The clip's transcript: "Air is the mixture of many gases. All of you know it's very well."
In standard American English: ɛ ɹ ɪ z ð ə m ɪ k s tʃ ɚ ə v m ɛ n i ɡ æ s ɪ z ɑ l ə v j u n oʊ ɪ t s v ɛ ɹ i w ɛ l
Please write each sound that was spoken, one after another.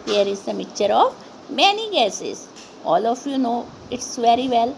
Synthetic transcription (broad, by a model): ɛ ɹ ɪ z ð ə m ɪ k tʃ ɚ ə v m ɛ n i ɡ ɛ s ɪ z ɑ l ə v j u n oʊ ɪ t s v ɛ ɹ i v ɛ l